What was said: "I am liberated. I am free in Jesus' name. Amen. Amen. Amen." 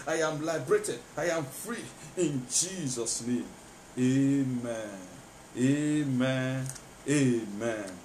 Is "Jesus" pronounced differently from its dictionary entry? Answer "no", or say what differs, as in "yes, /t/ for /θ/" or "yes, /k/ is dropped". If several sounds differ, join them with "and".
no